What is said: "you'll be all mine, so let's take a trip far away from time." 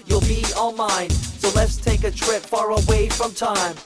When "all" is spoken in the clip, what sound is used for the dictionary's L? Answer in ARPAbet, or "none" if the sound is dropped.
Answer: N